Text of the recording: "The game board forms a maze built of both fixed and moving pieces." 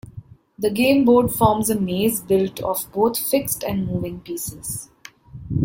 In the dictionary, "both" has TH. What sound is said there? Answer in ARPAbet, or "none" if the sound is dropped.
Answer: T